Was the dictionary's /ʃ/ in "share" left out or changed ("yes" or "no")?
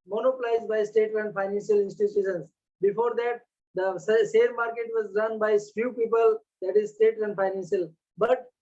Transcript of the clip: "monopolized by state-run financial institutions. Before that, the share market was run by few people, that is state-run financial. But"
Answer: yes